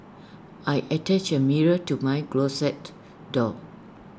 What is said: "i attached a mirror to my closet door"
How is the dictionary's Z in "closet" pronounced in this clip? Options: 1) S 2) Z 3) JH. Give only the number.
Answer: 1